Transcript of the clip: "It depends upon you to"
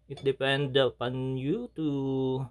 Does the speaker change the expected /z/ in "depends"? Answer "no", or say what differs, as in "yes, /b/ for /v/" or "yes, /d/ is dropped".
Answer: yes, /z/ is dropped